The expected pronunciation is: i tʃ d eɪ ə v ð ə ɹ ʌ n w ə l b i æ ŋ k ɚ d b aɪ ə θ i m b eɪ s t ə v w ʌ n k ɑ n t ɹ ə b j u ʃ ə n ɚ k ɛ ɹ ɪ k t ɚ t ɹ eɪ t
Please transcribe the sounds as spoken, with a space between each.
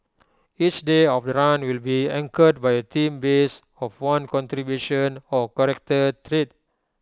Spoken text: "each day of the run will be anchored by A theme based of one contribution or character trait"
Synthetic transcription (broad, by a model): i tʃ d eɪ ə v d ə ɹ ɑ n w ə l b i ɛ ŋ k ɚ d b aɪ ə t i m b eɪ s ə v w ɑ n k ɑ n t ɹ ə b j u ʃ ə n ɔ k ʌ ɹ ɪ k t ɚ t ɹ eɪ t